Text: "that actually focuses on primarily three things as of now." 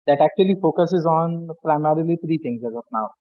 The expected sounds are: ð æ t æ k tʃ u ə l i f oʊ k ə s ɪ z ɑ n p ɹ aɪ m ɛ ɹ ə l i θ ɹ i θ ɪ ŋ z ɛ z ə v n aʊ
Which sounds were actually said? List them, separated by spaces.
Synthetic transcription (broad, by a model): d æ t æ k tʃ u ə l i f oʊ k ə s ɪ z ɑ n p ɹ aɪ m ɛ ɹ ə l i t ɹ i t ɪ ŋ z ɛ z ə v n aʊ